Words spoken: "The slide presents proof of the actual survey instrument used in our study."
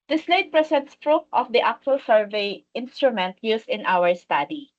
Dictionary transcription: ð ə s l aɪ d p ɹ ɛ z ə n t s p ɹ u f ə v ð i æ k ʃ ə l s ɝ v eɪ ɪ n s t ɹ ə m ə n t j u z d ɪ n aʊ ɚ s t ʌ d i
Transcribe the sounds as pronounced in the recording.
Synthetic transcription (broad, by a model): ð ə s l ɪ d p ɹ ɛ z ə n t s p ɹ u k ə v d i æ k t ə l s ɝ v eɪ ɪ n s t ɹ ə m ə n t j u s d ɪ n aʊ ɚ s t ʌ d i